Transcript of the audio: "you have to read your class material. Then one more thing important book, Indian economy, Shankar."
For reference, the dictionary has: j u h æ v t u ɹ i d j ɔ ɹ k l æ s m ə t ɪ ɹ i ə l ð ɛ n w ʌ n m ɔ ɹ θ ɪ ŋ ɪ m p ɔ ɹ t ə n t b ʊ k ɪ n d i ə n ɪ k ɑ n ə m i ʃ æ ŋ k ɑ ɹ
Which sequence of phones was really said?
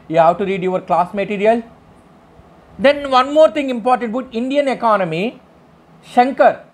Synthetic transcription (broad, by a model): j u h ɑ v t u ɹ i d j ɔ ɹ k l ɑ s m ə t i ɹ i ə l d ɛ n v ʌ n m ɔ ɹ t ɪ ŋ ɪ m p ɔ ɹ t ə n t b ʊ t ɪ n d i ə n ɪ k ɑ n ə m i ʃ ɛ ŋ k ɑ ɹ